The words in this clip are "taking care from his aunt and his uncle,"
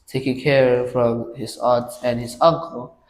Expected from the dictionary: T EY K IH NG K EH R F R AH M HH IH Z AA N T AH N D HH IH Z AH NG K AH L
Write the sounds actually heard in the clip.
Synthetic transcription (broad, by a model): T EY K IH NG K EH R F R AH M HH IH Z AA T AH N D HH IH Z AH NG K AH L